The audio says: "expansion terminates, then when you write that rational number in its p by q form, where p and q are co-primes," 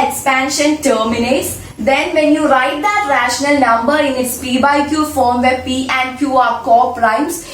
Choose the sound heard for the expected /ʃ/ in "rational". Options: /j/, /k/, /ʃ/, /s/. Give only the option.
/ʃ/